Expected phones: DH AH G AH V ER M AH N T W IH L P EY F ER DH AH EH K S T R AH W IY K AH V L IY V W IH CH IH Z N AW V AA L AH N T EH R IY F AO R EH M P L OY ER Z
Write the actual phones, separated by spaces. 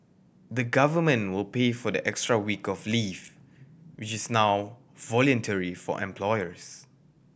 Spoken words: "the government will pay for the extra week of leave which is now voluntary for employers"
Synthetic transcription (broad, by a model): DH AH G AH V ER M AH N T W IH L P EY F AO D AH EH K S T R AH W IY K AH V L IY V W IH CH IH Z N AW V AA L AH N T EH R IY F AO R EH M P L OY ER S